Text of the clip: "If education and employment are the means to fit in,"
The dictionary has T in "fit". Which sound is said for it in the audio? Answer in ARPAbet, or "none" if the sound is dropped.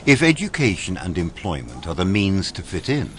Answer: T